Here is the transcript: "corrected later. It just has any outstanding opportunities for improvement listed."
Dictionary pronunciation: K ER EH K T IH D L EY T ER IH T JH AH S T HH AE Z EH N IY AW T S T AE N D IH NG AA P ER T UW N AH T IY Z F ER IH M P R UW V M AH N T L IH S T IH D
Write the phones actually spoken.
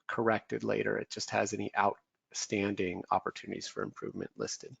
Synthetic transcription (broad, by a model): K ER EH K T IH D L EY T ER IH T JH AH S T HH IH Z EH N IY AW T S T AE N D IH NG AA P ER T UW N AH T IY Z F ER IH M P R UW V M AH N T L IH S T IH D